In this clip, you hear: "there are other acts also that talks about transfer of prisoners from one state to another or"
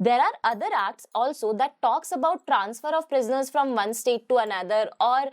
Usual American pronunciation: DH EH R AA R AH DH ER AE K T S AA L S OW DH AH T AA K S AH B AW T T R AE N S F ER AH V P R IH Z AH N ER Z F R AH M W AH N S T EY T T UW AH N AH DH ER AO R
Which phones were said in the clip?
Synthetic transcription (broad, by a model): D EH R AA R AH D ER AE K T S AA L S OW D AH T AA K S AH B AW T T R AE N S F ER AH V P R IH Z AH N ER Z F R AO M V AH N S T EY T T UW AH N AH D ER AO R